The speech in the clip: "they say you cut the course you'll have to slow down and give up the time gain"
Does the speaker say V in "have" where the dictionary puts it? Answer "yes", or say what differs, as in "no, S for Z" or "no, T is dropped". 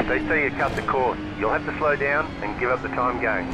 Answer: no, F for V